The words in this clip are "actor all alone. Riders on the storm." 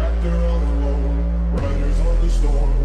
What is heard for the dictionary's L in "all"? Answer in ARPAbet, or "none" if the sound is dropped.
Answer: N